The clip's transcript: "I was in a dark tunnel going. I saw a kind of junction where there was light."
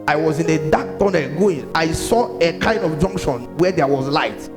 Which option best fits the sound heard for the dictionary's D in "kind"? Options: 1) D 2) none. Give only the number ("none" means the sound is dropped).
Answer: 1